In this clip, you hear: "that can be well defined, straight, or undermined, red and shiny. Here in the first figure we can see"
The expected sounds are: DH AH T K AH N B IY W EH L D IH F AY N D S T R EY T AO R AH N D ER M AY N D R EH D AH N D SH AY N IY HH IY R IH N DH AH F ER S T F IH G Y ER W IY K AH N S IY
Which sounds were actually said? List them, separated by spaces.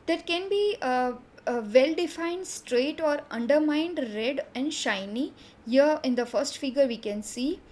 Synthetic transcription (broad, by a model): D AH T K AH N B IY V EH L D IH F AY N D S T R EY T AO R AH N D ER M AY N D R EH D AH N D SH AY N IY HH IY R IH N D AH F ER S T F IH G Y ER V IY K AH N S IY